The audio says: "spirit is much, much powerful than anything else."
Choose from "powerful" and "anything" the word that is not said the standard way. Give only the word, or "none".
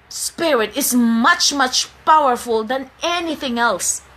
none